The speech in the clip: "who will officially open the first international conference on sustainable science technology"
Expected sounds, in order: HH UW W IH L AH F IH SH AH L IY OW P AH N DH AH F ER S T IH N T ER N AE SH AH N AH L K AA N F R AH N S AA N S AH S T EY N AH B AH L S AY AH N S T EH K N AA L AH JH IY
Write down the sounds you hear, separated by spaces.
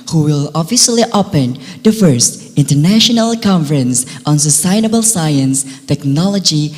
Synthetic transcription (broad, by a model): HH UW W IH L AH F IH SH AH L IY OW P AH N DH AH F ER S T IH N T ER N AE SH AH N AH L K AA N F R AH N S AA N S AH S T EY N AH B AH L S AY AH N S T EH K N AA L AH JH IY